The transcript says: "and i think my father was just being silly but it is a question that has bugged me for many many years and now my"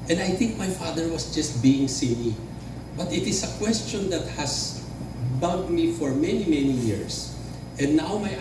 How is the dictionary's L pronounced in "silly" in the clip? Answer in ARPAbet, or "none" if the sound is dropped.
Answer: N